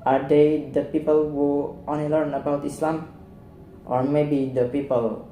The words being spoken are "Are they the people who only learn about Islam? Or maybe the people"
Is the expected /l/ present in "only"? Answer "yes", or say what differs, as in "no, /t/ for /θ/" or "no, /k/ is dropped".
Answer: no, /l/ is dropped